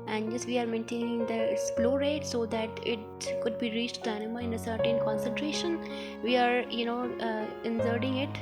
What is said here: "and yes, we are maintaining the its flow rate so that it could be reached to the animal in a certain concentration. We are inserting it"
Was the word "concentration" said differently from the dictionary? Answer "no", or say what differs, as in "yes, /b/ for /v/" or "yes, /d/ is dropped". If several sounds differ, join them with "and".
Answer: no